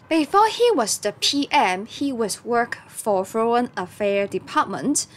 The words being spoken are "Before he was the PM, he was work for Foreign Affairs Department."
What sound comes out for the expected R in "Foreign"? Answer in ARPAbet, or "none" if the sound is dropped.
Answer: none